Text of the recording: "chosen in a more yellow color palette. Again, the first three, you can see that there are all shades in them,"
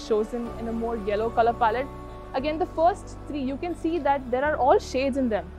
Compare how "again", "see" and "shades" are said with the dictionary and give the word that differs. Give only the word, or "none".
none